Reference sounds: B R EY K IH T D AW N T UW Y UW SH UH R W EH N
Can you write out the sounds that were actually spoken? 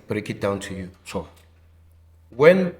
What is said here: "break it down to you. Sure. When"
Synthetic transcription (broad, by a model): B R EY K IH T D AW N T UW Y UW S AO W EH N